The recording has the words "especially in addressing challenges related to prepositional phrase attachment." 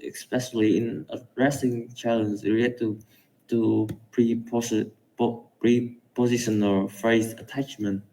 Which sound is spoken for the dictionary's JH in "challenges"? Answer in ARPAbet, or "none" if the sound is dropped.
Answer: Z